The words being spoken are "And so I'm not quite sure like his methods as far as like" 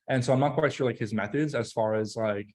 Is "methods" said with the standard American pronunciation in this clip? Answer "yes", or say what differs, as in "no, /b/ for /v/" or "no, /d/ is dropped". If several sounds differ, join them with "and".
yes